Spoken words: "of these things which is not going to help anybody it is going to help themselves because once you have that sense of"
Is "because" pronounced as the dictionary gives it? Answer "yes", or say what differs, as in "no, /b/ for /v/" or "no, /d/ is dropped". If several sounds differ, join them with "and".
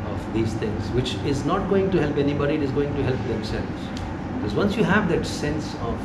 yes